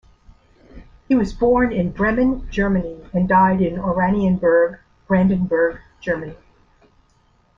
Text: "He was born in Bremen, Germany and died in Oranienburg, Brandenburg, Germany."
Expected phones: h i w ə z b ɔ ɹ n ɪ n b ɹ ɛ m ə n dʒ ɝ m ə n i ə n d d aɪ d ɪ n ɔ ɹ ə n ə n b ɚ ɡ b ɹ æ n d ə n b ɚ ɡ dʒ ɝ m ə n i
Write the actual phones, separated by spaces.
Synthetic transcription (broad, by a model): h i w ə z b ɔ ɹ n ɪ n b ɹ ɛ m ə n dʒ ɝ m ə n i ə n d d aɪ d ɪ n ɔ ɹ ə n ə n b ɚ ɡ b ɹ æ n d ə n b ɚ ɡ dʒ ɝ m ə n i